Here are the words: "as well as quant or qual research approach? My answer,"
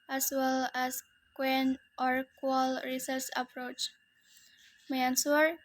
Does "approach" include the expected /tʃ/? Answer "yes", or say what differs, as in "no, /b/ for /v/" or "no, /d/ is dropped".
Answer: yes